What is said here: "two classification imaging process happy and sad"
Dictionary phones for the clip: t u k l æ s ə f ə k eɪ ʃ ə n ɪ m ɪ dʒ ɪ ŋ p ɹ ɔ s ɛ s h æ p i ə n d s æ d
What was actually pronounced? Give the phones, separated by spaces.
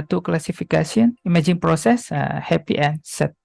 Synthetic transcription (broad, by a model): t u k l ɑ s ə f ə k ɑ s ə n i m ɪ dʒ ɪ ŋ p ɹ ɔ s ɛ s h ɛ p i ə n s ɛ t